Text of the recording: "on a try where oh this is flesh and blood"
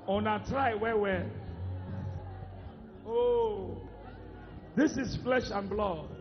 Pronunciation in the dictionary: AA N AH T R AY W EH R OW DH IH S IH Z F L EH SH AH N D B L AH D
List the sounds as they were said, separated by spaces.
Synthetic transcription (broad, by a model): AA N AH T R AY W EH W OW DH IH S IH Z F L EH SH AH N B L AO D